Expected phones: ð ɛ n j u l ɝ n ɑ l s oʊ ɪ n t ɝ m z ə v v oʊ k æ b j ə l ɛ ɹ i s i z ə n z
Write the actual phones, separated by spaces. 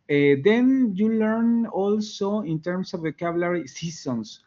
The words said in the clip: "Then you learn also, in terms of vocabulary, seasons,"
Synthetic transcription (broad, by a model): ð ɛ n j u l ɝ n ɑ l s oʊ ɪ n t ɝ m s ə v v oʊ k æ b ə l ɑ ɹ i s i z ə n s